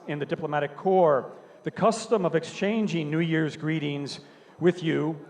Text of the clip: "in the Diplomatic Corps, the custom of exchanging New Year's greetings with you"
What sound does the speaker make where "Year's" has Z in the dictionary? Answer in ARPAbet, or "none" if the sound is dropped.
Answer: Z